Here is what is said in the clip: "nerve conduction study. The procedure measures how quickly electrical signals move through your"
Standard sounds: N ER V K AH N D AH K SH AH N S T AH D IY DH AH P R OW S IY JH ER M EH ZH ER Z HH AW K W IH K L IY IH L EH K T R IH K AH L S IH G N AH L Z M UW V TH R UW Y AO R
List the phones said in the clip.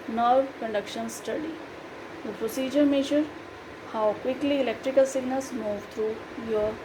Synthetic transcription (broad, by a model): N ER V K AH N D AH K SH AH N S T AH D IY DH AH P R OW S IY JH ER M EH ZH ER HH AW K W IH K L IY IH L EH K T R IH K AH L S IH G N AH L S M UW V T R UW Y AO R